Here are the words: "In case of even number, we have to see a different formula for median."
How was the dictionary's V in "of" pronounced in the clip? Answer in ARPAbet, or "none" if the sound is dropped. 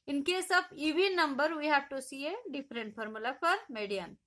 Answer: B